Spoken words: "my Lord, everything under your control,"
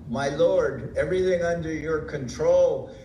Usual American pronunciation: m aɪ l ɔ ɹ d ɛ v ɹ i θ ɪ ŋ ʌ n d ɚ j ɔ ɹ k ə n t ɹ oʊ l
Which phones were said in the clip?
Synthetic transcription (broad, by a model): m aɪ l ɔ ɹ d ɛ v ɹ i θ ɪ ŋ ʌ n d ɚ j ɔ ɹ k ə n t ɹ oʊ l